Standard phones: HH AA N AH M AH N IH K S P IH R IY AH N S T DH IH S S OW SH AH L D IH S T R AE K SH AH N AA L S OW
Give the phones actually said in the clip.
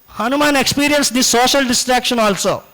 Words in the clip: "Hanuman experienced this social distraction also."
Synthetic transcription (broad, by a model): HH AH N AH M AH N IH K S P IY R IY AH N S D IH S S OW SH AH L D IH S T R AE K SH AH N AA L S OW